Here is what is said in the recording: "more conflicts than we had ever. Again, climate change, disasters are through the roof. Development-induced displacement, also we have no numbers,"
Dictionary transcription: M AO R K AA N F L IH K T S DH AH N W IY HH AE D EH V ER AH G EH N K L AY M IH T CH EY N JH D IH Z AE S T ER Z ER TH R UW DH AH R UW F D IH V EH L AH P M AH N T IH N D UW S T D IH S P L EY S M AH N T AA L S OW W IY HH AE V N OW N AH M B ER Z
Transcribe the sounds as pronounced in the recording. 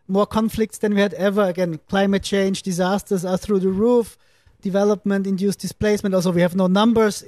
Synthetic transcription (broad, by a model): M AO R K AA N F L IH K T S DH AH N W IY HH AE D EH V ER AH G EH N K L AY M IH T CH EY N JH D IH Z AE S T ER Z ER TH R UW DH AH R UW F D IH V EH L AH P M AH N T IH N D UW S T D IH S P L EY S M AH N T AA L S OW W IY HH AE V N OW N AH M B ER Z